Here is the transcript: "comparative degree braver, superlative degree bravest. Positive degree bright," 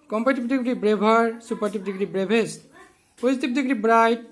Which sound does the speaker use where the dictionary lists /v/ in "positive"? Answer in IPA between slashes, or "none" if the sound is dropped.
/b/